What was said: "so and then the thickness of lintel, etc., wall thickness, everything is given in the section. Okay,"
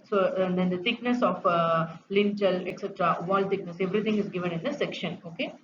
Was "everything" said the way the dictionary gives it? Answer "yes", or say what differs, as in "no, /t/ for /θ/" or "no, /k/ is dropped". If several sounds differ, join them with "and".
no, /t/ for /θ/